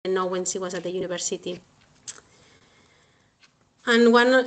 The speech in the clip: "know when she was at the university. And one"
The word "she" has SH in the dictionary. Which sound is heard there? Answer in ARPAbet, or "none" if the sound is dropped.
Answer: S